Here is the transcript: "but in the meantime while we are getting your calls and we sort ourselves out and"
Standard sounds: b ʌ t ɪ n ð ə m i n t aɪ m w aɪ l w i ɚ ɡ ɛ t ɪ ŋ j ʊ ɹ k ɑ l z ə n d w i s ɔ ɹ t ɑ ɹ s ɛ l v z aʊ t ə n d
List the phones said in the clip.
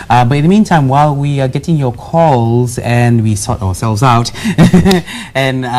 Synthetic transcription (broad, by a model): b ʌ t ɪ n ð ə m i n t aɪ m w aɪ l w i ɚ ɡ ɛ t ɪ ŋ j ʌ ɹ k ɑ l z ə n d w i s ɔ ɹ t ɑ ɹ s ɛ l v z aʊ t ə n